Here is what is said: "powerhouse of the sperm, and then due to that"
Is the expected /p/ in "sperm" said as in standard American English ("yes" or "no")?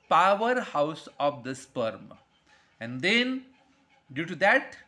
yes